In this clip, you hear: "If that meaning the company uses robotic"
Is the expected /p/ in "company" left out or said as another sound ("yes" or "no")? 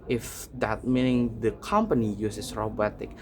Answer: no